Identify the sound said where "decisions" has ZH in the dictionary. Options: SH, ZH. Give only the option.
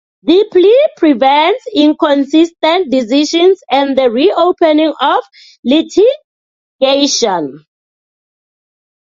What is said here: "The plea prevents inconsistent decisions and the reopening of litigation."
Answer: SH